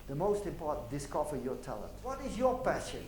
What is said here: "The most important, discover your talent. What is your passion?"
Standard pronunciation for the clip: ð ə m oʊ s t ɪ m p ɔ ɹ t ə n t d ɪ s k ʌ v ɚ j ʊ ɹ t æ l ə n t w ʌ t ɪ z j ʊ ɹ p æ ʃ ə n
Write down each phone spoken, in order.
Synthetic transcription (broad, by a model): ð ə m oʊ s t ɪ m p ɔ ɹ t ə n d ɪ s k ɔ f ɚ j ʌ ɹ t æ l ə n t w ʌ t ɪ z j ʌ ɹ p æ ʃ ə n